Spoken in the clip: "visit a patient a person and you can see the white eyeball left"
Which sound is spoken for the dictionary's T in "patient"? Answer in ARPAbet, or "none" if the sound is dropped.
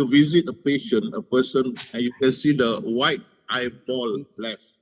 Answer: none